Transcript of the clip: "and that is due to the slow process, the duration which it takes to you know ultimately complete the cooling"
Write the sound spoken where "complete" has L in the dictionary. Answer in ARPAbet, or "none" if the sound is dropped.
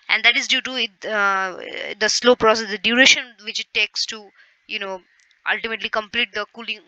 L